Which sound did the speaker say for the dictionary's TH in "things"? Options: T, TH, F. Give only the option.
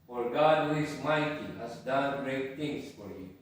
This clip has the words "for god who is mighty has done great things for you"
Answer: T